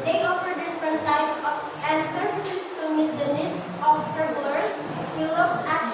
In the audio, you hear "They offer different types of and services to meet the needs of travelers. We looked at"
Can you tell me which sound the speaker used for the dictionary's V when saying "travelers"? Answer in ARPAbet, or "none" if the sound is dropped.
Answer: B